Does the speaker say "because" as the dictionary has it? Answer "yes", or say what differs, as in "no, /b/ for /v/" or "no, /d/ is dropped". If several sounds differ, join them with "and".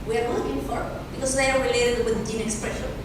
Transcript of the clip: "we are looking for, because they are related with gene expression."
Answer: no, /s/ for /z/